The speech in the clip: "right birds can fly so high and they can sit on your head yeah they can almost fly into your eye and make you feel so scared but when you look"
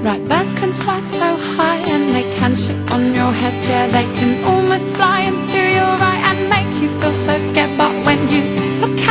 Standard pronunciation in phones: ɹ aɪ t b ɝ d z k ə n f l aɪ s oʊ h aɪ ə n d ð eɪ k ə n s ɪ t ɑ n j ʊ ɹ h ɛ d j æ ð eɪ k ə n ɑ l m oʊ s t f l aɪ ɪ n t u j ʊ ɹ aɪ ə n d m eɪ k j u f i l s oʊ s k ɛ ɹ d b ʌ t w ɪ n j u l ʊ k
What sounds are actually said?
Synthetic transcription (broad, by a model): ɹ aɪ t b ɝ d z k ə n f l aɪ s oʊ h aɪ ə n ð eɪ k ə n ʃ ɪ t n j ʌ ɹ h ɛ d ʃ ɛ ð eɪ k ə n ɑ l m oʊ s t f l aɪ ɪ n t u j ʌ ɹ aɪ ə n m eɪ k j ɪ f i l s oʊ s k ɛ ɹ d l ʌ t w ɪ n j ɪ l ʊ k